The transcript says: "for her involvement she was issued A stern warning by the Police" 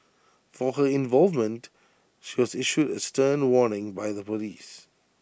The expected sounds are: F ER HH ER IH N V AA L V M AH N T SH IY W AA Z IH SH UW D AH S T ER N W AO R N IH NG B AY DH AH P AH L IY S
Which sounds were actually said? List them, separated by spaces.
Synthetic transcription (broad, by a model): F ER HH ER IH N V AA L V M AH N T SH IY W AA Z IH SH UW D AH S T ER N W AO N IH NG B AY DH AH P AH L IY S